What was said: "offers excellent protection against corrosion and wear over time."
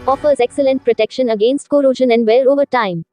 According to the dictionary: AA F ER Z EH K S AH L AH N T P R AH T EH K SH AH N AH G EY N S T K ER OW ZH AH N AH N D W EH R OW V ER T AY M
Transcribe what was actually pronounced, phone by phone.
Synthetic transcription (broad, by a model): AA F ER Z EH K S AH L AH N T P R AH T EH K SH AH N AH G EY N S T K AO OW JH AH N AH N D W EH L OW V ER T AY M